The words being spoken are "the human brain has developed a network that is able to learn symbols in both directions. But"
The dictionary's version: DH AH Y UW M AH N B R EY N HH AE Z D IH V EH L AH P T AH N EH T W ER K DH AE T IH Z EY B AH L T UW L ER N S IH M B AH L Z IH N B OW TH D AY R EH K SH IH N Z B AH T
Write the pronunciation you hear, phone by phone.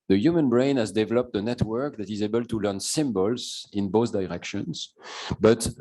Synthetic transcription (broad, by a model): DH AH Y UW M AH N B R EY N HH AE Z D IH V EH L AH P T AH N EH T W ER K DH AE T IH Z EY B AH L T UW L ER N S IH M B AH L Z IH N B OW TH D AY R EH K SH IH N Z B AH T